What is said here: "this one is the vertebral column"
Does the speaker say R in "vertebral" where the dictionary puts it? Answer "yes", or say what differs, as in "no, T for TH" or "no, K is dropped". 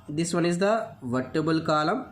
no, R is dropped